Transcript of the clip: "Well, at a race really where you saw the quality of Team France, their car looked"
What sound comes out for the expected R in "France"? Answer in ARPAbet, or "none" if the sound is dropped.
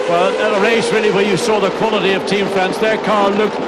none